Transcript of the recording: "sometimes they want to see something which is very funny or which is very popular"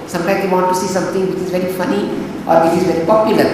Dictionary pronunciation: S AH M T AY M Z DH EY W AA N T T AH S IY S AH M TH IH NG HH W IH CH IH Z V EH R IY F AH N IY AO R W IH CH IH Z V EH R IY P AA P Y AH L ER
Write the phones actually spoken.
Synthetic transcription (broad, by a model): S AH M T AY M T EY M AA T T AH S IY S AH M T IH NG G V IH CH IH Z V EH R IY F AH N IY AO R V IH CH IH Z V EH R IY P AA P Y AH L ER